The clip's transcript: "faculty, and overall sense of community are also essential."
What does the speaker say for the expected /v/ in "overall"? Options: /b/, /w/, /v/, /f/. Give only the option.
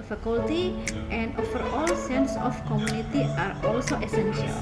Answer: /f/